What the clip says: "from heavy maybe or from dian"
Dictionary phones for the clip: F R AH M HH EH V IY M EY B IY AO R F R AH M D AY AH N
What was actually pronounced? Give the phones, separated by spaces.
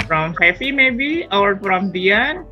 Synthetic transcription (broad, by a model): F R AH M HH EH F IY M EY B IY AO R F R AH M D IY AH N